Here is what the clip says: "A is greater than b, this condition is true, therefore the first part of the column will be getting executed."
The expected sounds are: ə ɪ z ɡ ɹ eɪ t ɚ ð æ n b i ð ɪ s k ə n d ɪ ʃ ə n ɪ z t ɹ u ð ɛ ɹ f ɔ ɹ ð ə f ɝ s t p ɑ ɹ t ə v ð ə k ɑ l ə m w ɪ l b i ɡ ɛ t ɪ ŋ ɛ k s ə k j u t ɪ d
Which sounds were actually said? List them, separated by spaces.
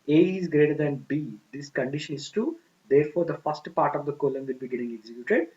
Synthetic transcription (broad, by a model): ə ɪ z ɡ ɹ eɪ t ɚ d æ n b i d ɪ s k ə n d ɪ ʃ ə n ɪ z t u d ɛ ɹ f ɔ ɹ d ə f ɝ s t p ɑ ɹ t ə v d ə k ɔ l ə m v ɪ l b i ɡ ɛ t ɪ ŋ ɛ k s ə k j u t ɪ d